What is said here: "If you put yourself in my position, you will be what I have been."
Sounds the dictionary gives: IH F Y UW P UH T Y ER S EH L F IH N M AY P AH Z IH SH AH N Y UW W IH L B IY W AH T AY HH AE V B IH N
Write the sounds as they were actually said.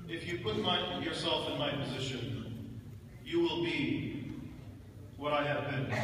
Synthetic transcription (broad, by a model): IH F Y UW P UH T Y ER S EH L F IH N M AY P AH Z IH SH AH N Y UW W IH L B IY W AH T AY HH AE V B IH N